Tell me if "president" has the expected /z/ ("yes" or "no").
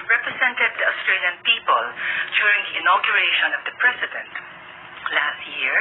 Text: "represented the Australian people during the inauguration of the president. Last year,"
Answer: no